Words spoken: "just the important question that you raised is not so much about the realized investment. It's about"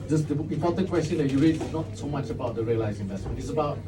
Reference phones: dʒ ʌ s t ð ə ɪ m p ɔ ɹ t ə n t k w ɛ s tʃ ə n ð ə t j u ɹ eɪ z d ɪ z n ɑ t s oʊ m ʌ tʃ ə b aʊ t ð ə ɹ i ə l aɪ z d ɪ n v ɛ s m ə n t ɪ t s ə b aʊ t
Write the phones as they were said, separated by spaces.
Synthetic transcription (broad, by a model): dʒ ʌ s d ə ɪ p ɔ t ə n k w ɛ s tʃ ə n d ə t j u ɹ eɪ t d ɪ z n ɑ t s oʊ m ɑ tʃ ə b aʊ t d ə ɹ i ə l aɪ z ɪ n v ɛ s m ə n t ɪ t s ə b aʊ t